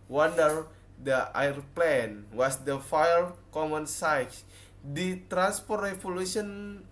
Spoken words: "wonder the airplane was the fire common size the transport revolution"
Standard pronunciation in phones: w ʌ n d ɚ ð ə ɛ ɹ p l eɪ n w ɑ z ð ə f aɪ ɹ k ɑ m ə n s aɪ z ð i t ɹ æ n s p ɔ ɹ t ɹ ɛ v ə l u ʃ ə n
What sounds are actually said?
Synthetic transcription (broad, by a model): w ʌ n d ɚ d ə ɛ ɹ p l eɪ n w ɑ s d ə f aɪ l k ɑ m ə n s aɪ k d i t ɹ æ n s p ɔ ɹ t ɹ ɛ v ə l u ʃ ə n